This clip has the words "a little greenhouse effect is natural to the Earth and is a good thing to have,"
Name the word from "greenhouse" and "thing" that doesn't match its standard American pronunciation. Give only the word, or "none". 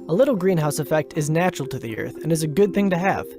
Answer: none